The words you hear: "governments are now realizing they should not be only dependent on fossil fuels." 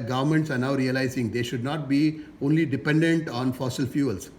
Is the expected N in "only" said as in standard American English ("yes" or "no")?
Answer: yes